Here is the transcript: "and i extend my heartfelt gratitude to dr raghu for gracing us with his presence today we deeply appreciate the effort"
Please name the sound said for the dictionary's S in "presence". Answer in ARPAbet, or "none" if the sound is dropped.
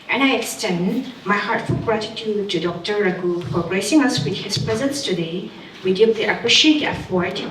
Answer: S